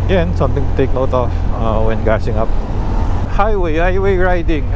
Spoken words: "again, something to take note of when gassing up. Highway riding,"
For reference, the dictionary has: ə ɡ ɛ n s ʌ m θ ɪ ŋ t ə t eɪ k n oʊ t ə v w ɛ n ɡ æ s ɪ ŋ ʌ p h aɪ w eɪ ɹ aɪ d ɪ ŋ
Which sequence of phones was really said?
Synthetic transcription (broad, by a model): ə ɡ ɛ n s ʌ m t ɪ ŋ t ə t eɪ k n oʊ t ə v w ɛ n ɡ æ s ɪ ŋ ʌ p h aɪ w eɪ ɹ aɪ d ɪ ŋ